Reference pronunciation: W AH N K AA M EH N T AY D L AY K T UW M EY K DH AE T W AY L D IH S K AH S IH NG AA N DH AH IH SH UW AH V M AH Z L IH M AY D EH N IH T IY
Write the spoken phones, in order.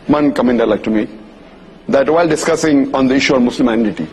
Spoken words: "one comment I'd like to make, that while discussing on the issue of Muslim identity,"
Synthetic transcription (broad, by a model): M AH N K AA M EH N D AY L AY K T UW M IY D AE T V AY L D IH S K AH S IH NG AA N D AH IH SH UW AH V M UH S L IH M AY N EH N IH T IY